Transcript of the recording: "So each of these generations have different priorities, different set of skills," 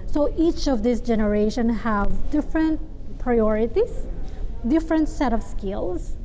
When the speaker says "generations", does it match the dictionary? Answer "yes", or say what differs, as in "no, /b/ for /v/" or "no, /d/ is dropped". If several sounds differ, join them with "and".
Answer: no, /z/ is dropped